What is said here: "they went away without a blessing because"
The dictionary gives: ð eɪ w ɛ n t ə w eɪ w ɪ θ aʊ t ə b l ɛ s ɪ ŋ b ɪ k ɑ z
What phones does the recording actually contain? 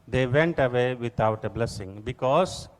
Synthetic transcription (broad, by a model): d eɪ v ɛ n t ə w eɪ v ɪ t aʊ t ə b l ɛ s ɪ ŋ b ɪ k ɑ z